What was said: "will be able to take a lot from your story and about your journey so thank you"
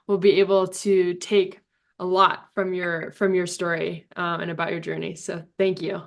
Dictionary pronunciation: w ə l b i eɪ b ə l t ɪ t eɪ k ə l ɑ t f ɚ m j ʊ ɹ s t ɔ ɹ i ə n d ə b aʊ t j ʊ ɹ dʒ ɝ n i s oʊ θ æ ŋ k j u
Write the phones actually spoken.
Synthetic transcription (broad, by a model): w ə l b i eɪ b l t ɪ t eɪ k ə l ɑ t f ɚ m j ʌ ɹ s t ɔ ɹ i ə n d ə b aʊ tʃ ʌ ɹ dʒ ɝ n i s oʊ θ æ ŋ k j u